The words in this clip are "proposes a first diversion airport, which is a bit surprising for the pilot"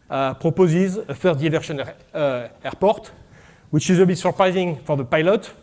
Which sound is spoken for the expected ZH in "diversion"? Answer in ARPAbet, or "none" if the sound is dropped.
SH